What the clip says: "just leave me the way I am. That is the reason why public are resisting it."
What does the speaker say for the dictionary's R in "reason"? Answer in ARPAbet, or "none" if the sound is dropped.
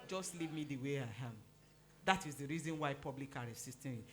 R